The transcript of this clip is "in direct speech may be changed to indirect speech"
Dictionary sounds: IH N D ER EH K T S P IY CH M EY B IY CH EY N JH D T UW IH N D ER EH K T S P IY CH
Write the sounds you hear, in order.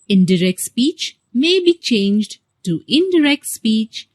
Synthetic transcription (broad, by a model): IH N D ER EH K T S P IY CH M EY B IY CH EY N JH D T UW IH N D ER EH K T S P IY CH